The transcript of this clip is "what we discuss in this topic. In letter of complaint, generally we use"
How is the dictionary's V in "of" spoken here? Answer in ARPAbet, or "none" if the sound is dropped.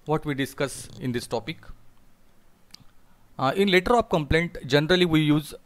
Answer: P